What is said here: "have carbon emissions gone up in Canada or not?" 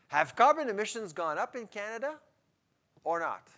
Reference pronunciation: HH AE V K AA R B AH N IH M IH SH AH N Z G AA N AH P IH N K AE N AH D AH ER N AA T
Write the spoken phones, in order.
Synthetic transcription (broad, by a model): HH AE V K AA R B AH N IH M IH SH AH N Z G AA N AH P IH N K AE N AH D AH ER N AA T